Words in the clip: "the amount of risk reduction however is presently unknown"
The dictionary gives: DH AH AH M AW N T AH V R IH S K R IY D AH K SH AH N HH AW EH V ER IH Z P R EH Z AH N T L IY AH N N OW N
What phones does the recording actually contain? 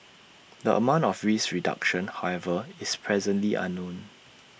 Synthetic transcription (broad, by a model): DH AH AH M AW N T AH F R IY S R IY D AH K SH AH N HH AW EH V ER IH S P R EH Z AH N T L IY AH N N OW N